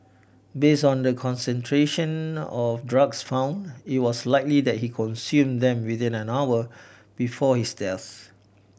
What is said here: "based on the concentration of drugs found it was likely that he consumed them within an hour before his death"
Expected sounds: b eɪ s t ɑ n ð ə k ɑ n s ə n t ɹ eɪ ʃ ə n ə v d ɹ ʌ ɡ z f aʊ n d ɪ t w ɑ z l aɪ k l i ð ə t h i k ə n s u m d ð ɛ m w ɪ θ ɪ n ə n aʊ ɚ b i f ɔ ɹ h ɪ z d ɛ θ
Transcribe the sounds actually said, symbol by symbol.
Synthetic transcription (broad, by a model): b eɪ s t ɑ n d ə k ɑ n s ə n t ɹ eɪ ʃ ə n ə f d ɹ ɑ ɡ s f aʊ n d ɪ t w ɑ s l aɪ k l i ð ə t h i k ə n s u m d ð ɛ m w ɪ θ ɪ n ə n aʊ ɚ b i f ɔ h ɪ s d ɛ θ